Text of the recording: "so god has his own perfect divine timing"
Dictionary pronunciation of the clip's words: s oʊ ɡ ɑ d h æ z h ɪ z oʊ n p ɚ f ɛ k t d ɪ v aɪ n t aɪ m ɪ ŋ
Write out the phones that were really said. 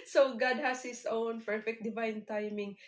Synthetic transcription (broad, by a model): s oʊ ɡ ɑ d h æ s h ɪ s oʊ n p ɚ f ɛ k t d ɪ v aɪ n t aɪ m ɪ ŋ